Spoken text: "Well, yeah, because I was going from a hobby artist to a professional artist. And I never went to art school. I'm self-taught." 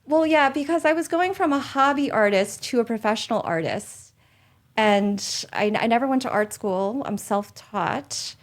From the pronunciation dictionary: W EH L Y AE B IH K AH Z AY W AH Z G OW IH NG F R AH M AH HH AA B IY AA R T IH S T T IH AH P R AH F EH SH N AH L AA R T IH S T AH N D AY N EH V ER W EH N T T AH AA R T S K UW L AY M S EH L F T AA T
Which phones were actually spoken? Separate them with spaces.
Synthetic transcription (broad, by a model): W EH L Y AE B IH K AH Z AY W AH Z G OW IH NG F R AH M AH HH AA B IY AA R T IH S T T IH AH P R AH F EH SH N L AA R T IH S T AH N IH AY N EH V ER W EH N T T AA R T S K UW L AY M S EH L F T AA T